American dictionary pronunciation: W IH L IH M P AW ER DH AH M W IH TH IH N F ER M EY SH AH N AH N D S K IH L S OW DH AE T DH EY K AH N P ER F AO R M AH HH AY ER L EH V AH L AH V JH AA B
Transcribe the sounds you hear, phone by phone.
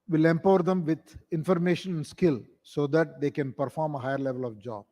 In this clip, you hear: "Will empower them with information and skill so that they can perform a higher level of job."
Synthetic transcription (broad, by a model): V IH L IH M P AW ER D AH M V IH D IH N F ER M EY SH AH N AH N D S K IH L S OW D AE T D EY K AH N P ER F AO R M AH HH AY ER L EH V AH L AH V JH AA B